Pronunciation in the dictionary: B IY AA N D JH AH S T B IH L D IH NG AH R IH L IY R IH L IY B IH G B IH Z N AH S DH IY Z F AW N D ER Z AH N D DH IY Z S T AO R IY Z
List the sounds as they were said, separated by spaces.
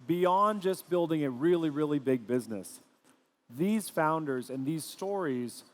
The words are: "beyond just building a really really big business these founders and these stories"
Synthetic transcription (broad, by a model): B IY AA N JH AH S B IH L D IH NG AH R IH L IY R IH L IY B IH G B IH Z N AH S DH IY Z F AW N D ER Z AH N DH IY Z S T AO R IY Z